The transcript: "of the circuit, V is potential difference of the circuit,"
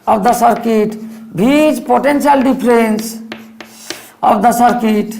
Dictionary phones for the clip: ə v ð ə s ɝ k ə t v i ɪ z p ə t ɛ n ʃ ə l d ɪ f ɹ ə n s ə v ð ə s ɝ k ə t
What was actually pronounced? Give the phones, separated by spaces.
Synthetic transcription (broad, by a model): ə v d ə s ɝ k ə t b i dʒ p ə t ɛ n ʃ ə l d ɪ p ɹ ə n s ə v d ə s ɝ k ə t